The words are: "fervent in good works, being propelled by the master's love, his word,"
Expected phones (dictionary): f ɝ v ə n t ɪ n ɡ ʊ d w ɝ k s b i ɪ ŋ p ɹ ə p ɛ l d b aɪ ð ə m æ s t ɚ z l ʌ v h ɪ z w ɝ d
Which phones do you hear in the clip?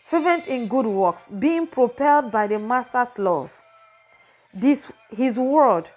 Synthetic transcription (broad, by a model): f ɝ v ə n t ɪ n ɡ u d w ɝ k s b i ɪ ŋ p ɹ ə p ɛ l d b aɪ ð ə m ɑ s t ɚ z l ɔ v h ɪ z w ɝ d